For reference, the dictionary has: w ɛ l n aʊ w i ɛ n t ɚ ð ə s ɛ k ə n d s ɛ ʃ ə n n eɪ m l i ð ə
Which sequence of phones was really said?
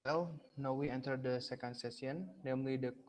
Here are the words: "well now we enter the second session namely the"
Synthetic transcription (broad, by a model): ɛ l n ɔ w i ɛ n t ɚ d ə s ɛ k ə n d s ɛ s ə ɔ n eɪ m l i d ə